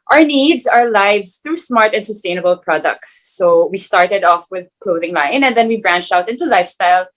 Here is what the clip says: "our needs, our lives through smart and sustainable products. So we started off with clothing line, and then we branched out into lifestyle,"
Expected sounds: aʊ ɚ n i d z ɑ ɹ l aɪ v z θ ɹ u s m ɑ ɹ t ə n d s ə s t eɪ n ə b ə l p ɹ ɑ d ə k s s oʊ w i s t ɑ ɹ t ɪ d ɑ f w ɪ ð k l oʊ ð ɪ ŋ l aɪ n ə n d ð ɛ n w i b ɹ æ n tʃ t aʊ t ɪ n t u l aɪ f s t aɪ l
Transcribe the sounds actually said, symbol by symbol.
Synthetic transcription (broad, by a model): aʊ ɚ n i d z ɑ ɹ l aɪ v z θ ɹ u s m ɑ ɹ t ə n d s ə s t eɪ n ə b ə l p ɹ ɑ d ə k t s oʊ w i s t ɑ ɹ t ɪ d ɑ f w ɪ ð k l oʊ ð ɪ ŋ l aɪ n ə n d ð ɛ n w i b ɹ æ n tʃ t aʊ t ɪ n t u l aɪ f s t aɪ l